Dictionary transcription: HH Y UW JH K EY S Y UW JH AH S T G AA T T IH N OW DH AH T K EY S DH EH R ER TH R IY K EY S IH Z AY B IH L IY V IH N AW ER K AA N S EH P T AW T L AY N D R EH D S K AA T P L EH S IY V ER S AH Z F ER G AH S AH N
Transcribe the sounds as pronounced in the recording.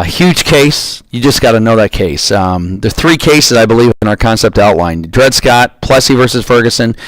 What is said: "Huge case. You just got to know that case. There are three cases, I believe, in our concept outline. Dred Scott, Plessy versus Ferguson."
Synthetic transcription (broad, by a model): HH Y UW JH K EY S Y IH JH AH S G AA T T IH N OW DH AH T K EY S DH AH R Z TH R IY K EY S IH Z AY B IH L IY V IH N AW ER K AA N S EH P T AW T L AY N D R EH D S K AA T P L EH S IY V ER S AH Z F ER G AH S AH N